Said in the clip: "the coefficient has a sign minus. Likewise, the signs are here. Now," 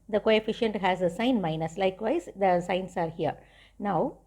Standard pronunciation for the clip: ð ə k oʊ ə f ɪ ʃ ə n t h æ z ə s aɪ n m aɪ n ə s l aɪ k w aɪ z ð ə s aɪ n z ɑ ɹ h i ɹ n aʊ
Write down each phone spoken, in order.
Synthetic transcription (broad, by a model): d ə k oʊ ə f ɪ ʃ ə n t h æ z ə s aɪ n m aɪ n ə s l aɪ k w aɪ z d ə s aɪ n s ɑ ɹ h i ɹ n aʊ